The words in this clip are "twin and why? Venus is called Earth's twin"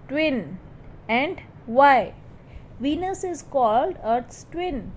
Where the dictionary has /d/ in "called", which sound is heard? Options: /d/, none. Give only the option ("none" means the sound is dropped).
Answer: /d/